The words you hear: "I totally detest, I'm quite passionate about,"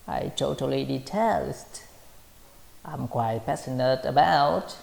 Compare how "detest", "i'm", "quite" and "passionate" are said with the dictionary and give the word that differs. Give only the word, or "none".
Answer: passionate